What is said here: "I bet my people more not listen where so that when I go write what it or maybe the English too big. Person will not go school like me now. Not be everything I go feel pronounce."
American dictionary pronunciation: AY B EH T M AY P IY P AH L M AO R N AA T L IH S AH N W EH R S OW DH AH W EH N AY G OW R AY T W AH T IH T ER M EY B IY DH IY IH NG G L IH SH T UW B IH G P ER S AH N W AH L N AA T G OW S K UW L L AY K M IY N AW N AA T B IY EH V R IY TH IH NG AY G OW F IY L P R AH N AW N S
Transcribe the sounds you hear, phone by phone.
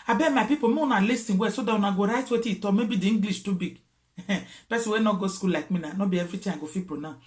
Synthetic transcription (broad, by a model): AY B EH M AY P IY P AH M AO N AA L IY S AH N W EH S OW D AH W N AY G OW R AY T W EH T IH T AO M EY B IY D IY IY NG G L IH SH T UW B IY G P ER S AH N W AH N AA G OW S K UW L L AY K M IY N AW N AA B IY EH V R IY T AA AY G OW F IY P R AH N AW